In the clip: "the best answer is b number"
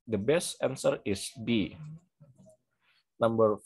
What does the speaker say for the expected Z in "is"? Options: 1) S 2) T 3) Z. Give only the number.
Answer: 1